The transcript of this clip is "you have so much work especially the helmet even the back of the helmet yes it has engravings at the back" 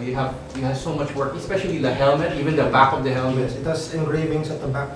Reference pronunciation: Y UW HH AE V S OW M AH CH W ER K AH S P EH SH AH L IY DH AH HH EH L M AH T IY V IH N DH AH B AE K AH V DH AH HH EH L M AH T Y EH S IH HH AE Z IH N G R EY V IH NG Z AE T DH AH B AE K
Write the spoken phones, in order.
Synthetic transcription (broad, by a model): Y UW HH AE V S OW M AH CH W ER K AH S P EH SH AH L IY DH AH HH EH L M AH T IY V IH N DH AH B AE K AH V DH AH HH EH L M AH T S IH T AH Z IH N G R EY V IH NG S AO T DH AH B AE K